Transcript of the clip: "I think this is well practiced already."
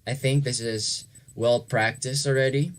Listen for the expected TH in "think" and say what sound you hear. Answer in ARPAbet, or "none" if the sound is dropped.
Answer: TH